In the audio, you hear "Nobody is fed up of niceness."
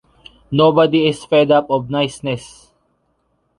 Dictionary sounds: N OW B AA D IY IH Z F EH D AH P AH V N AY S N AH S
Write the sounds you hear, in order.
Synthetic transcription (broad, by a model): N OW B AA D IY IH S F EH D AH P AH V N AY S N AH S